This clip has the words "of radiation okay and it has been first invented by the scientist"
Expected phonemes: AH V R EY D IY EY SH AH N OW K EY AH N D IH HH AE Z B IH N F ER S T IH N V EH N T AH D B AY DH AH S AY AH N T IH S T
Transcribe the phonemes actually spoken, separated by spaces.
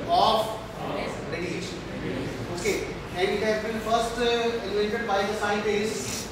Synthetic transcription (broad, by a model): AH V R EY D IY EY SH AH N OW K EY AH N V IH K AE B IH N F ER S T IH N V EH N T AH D B AY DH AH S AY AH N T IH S